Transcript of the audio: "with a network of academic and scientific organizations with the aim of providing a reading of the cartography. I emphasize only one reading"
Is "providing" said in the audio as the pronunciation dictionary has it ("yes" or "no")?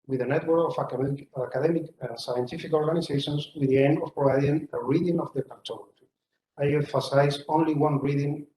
no